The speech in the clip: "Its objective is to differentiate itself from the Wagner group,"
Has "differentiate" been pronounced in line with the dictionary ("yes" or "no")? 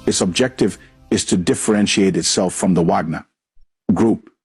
yes